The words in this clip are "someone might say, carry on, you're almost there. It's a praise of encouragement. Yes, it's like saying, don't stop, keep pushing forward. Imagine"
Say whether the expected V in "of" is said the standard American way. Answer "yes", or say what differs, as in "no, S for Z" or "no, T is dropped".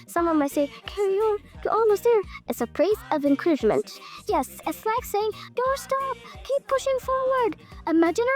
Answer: yes